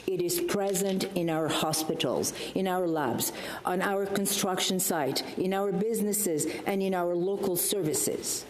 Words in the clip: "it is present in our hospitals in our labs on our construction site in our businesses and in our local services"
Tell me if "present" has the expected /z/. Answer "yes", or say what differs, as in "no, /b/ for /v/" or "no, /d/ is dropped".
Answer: yes